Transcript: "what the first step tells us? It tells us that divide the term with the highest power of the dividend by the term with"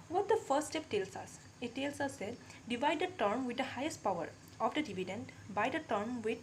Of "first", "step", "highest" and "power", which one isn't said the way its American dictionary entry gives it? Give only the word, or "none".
first